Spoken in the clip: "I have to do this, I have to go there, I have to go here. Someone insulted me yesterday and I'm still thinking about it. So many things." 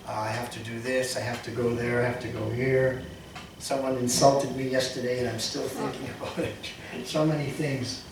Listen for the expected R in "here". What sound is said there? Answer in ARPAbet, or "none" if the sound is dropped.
R